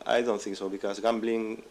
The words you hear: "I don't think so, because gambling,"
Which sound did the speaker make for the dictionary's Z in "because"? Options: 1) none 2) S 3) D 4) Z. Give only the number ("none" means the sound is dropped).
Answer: 2